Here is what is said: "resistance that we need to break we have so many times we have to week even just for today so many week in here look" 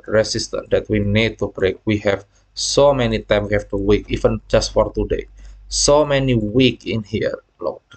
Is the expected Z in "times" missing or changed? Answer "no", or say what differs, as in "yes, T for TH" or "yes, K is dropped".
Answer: yes, Z is dropped